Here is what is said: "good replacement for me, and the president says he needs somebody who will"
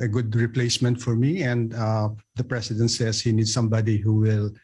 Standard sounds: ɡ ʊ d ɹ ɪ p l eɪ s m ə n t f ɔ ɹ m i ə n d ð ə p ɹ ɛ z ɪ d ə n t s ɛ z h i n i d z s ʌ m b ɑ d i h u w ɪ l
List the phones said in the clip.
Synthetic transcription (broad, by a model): ɡ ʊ d ɹ ɪ p l eɪ s m ə n t f ɔ ɹ m i ə n d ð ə p ɹ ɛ s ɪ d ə n t s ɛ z h i n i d s ʌ m b ɑ d i h u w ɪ l